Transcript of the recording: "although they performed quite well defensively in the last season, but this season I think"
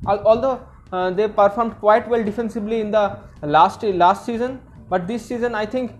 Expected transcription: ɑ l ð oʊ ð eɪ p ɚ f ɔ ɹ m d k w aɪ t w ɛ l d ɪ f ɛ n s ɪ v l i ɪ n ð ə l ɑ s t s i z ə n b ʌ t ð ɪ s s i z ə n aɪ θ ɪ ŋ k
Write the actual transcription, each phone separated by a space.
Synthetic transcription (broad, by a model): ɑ l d oʊ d eɪ p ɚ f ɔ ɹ m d k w aɪ t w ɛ l d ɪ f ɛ n s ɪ b l i ɪ n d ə l ɑ s t s i z ə n b ʌ t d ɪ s s i z ə n aɪ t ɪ ŋ k